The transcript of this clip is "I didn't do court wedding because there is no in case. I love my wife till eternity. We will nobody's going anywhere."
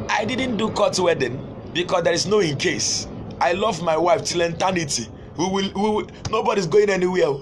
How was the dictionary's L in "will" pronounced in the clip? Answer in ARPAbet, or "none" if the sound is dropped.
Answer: W